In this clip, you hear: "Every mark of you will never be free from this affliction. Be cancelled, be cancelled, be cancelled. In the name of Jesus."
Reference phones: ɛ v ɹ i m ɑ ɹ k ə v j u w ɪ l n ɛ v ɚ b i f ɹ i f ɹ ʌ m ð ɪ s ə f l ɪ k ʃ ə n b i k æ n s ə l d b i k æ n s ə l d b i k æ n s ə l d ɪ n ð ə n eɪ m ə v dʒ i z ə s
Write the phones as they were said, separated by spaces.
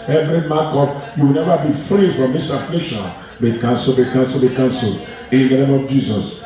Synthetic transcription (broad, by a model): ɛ v ɹ i m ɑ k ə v j u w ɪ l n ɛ v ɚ b i f ɹ i f ɹ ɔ m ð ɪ s ə f l ɪ k ʃ ə n b i k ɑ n s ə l b i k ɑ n s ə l b i k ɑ n s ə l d ɪ n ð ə n eɪ m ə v dʒ i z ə s